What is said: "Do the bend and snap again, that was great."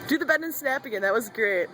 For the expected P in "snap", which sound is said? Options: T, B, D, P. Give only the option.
P